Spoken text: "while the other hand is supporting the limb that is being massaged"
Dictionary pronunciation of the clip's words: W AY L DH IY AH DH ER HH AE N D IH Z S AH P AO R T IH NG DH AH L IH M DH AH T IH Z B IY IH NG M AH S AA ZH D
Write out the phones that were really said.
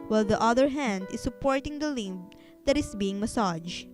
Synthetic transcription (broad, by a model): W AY L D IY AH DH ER HH AE N D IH S AH P AO R T IH NG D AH L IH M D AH T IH S B IY IH NG M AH S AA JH